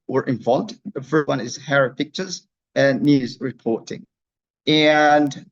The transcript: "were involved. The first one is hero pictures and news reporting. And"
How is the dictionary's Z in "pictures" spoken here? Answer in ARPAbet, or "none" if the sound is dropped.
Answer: Z